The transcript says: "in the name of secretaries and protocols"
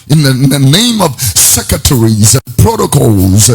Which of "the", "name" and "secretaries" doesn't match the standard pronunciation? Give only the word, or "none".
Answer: none